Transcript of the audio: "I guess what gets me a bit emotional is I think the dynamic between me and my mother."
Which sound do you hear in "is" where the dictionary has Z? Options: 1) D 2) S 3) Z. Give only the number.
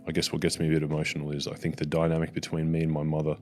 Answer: 3